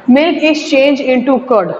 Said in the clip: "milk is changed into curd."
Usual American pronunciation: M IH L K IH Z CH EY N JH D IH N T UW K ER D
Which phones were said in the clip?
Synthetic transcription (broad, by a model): M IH L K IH S CH EY N JH IH N T UW K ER D